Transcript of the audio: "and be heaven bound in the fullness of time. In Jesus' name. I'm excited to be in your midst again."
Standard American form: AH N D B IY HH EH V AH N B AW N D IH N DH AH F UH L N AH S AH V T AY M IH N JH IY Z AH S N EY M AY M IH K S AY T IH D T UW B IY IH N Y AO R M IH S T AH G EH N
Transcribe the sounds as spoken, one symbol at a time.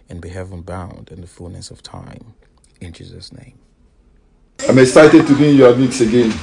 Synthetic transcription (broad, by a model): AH N B IY HH EH V AH N B AW N D IH N DH AH F UH L N AH S AH V T AY M IH N JH IY Z AH S N EY M AY M IH K S AY T IH D T UW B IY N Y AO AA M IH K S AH G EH N